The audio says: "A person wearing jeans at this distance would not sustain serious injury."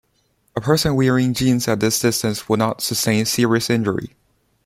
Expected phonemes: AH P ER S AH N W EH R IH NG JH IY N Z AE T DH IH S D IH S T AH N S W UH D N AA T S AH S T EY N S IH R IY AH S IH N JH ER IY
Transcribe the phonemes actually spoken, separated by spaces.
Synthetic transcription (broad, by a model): AH P ER S AH N W EH R IH NG JH IY N Z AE T DH IH S D IH S T AH N S W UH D N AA T S AH S T EY N S IH R IY AH S IH N JH ER IY